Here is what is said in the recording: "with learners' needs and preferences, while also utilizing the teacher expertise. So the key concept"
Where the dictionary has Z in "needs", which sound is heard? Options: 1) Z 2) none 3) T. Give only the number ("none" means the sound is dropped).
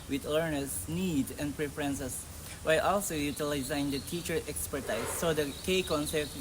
2